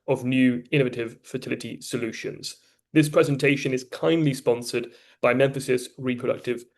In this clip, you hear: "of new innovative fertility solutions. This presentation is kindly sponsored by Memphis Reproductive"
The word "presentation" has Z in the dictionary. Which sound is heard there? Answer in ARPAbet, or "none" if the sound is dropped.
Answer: Z